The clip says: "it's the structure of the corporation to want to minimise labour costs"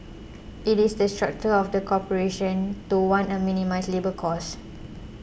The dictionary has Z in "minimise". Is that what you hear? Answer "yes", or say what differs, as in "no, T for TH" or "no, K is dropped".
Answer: no, S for Z